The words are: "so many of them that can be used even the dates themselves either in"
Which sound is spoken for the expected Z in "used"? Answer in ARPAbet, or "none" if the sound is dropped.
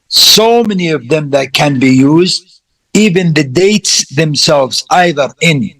Z